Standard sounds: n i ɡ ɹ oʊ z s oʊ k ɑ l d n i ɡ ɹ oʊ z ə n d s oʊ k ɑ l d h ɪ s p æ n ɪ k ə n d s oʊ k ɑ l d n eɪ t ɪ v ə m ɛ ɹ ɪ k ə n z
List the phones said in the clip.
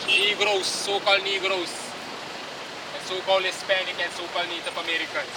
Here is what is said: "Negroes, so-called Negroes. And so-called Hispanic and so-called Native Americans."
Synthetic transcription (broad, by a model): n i ɡ ɹ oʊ s oʊ k ɑ l d n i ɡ ɹ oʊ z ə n s oʊ k ɑ l d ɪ s p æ n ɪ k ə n s oʊ k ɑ l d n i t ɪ p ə m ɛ ɹ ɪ k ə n